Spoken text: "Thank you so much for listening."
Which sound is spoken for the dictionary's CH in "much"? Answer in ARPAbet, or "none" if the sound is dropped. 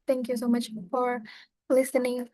CH